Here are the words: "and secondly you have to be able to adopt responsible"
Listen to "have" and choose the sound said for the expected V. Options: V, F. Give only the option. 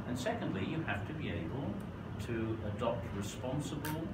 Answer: F